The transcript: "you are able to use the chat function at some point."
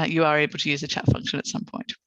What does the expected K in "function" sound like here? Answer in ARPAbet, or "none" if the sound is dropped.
K